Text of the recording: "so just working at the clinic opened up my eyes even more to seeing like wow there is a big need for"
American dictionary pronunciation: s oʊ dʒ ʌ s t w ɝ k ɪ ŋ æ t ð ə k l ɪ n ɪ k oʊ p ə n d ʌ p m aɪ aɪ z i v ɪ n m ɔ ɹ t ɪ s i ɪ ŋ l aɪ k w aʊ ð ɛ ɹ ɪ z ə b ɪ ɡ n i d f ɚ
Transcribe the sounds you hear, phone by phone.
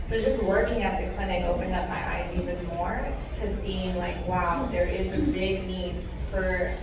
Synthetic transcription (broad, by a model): s oʊ dʒ ʌ s t w ɝ k ɪ ŋ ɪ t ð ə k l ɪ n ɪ oʊ p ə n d ʌ p m aɪ aɪ z i v ɪ n m ɔ ɹ t ɪ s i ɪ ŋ l aɪ k w aʊ ð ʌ ɹ ɪ z ə b ɪ ɡ n i d f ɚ